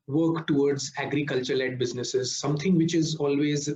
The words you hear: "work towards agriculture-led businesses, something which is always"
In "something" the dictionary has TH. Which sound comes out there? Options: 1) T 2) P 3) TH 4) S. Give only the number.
1